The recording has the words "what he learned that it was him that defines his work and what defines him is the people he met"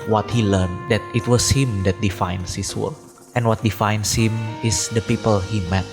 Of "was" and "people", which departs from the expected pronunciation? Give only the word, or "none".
was